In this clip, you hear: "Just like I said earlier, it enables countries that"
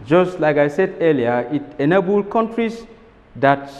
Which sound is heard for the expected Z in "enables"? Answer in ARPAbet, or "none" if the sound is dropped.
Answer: none